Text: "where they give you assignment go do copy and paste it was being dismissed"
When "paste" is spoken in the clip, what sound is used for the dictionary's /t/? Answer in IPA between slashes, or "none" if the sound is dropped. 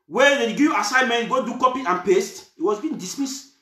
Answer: /t/